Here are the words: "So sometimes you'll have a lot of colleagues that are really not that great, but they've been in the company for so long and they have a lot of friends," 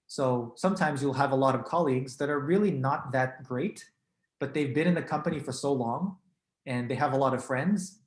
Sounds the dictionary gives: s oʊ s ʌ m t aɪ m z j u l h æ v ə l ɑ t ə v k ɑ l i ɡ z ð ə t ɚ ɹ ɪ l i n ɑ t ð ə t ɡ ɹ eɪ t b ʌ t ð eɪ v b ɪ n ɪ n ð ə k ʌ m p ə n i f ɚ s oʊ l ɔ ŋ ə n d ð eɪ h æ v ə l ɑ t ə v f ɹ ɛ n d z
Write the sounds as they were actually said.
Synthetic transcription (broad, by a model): s oʊ s ʌ m t aɪ m z j u l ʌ v ə l ɑ t ə v k ɑ l i ɡ z ð ə t ɚ ɹ ɪ l i n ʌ t ð ə t ɡ ɹ eɪ t b ʌ t ð eɪ v b ɪ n ɪ n ð ə k ʌ m p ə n i f ɚ s oʊ l ɔ ŋ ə n ð eɪ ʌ v ə l ɑ t ə v f ɹ ɛ n d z